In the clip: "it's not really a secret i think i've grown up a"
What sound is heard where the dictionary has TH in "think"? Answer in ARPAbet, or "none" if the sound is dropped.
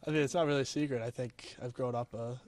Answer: TH